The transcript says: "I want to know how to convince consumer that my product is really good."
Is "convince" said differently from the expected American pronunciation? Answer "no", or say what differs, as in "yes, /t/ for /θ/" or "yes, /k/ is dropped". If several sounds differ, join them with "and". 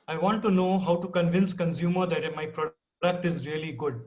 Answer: no